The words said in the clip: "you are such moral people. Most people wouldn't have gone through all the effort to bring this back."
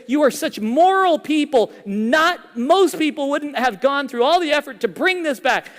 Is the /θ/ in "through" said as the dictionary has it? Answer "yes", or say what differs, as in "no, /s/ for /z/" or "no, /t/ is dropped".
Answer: yes